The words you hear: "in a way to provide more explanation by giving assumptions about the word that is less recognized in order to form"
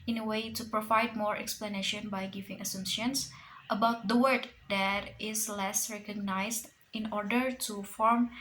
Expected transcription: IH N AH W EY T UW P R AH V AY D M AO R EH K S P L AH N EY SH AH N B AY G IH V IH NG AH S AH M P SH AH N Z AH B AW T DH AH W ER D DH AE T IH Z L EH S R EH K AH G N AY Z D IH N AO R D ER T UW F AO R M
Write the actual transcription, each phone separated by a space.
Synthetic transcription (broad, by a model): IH N AH W EY T UW P R AH V AY D M AO R EH K S P L AH N EY SH AH N B AY G IH V IH NG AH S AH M SH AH N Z AH B AW T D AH W ER D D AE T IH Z L EH S R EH K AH G N AY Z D IH N AO R D ER T UW F AO R M